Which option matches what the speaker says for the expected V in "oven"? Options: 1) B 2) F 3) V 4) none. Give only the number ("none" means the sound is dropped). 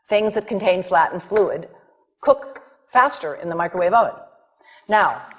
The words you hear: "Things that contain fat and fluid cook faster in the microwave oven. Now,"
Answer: 4